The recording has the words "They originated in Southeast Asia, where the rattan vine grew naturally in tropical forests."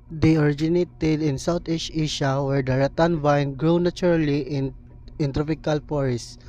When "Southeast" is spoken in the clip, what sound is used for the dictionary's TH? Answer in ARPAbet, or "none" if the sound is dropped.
T